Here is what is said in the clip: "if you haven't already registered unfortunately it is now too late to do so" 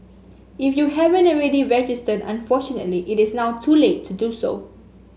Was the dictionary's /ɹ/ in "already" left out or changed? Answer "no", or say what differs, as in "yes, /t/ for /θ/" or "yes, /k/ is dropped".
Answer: no